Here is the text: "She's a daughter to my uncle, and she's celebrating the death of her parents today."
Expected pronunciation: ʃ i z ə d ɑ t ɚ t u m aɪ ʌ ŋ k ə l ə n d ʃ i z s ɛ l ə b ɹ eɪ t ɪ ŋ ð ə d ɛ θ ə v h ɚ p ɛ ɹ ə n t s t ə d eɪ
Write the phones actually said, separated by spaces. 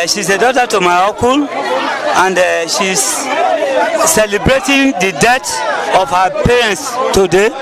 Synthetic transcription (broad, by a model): ʃ i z ə d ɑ t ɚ t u m aɪ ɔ k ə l ə n d ʃ i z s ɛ l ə b ɹ eɪ t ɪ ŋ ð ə d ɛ t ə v h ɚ p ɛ ɹ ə n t s t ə d eɪ